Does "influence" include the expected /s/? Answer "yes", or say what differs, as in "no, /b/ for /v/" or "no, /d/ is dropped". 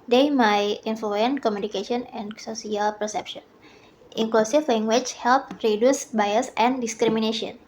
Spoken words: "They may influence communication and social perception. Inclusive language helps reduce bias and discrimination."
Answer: no, /s/ is dropped